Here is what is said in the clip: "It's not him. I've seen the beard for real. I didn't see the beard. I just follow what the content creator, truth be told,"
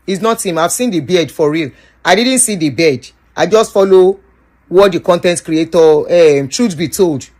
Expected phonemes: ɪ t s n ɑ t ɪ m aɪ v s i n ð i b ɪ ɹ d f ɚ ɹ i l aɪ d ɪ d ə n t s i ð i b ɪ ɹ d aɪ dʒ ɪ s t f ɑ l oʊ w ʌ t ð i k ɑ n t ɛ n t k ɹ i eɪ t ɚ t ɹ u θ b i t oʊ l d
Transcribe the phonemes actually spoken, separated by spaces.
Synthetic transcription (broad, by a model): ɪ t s n ɑ t ɪ m aɪ v s i n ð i b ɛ d f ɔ ɹ i l aɪ d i d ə n t s i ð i b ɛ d aɪ dʒ ɪ s t f ɑ l oʊ w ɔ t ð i k ɑ n t ɛ n t k ɹ i eɪ t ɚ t ɹ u s b i t oʊ l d